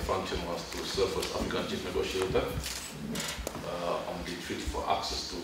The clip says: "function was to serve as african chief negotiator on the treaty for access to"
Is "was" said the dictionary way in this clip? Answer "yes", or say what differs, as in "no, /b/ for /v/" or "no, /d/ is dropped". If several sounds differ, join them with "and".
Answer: no, /s/ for /z/